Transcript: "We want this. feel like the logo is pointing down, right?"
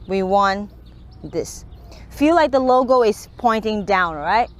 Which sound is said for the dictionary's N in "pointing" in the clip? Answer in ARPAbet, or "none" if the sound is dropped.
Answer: N